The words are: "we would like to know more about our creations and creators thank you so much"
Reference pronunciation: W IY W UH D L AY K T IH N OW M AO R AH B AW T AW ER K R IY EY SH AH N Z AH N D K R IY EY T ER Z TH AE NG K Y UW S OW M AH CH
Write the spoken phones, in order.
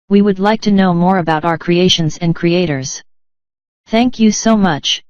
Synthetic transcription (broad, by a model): W IY W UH D L AY K T IH N OW M AO R AH B AW T AW ER K R IY EY SH AH N Z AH N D K R IY EY T ER Z TH AE NG K Y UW S OW M AH CH